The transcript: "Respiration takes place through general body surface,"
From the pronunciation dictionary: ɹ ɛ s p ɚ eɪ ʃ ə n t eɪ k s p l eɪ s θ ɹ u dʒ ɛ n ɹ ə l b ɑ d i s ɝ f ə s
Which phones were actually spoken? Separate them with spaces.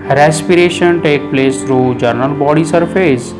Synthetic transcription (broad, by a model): ɹ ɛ s p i eɪ ʃ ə n t eɪ k p l eɪ s t ɹ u dʒ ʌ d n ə l b ɑ d i s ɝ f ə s